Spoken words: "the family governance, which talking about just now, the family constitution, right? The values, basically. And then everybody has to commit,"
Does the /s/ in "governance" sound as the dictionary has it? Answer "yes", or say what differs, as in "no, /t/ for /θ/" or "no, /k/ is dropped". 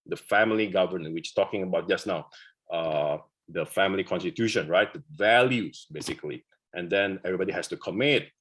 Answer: no, /s/ is dropped